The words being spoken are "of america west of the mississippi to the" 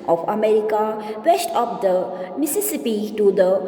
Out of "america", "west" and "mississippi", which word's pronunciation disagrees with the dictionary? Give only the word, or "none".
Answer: west